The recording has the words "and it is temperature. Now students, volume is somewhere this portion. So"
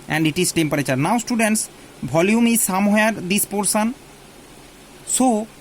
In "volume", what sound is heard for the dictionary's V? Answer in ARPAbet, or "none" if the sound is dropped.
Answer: B